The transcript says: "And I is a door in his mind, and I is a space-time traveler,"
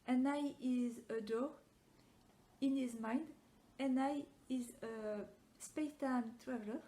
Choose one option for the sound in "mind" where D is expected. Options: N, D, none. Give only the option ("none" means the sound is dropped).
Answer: D